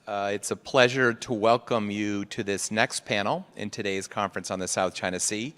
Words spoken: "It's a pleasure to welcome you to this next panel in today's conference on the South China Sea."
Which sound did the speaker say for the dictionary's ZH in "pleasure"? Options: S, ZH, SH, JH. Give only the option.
ZH